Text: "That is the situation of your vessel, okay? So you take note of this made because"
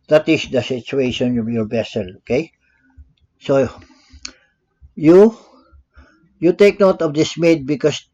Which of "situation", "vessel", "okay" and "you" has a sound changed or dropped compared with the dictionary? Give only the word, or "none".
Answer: vessel